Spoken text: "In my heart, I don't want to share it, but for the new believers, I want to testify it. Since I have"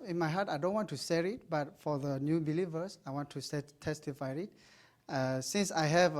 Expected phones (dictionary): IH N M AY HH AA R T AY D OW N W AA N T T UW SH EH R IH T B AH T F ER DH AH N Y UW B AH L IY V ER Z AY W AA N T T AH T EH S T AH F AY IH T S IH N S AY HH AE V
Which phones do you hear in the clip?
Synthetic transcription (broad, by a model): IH N M AY HH AA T AY D OW N W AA N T T UW S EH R IH T B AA T F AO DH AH N Y UW B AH L IY V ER S AY W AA N T S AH T EH S T AH F AY IH T S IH N S AY HH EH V